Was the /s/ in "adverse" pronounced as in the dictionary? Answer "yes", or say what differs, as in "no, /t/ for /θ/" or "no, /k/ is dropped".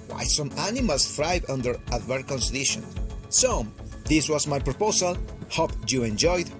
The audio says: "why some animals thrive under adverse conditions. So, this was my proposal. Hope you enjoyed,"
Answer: no, /s/ is dropped